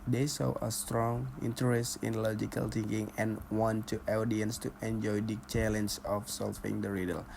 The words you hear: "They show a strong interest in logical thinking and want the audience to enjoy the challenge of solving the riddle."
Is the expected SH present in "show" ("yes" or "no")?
no